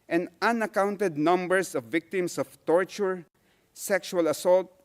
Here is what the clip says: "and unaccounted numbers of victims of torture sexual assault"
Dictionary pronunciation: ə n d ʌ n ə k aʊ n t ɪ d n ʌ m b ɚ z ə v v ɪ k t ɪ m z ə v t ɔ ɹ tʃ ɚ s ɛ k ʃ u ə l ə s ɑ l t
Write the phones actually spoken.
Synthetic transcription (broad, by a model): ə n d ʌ n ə k aʊ n t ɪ d n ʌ m b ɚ s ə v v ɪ k t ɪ m s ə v t ɔ ɹ tʃ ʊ s ɛ k ʃ u ə l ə s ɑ l t